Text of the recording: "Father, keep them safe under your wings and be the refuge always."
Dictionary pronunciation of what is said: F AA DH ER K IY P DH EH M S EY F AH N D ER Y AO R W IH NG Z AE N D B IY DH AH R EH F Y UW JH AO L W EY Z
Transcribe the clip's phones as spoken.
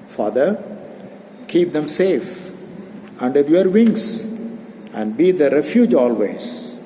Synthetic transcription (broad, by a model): F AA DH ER K IY P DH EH M S EY F AH N D ER Y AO R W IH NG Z AE N D B IY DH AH R EH F Y UW JH AO L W EY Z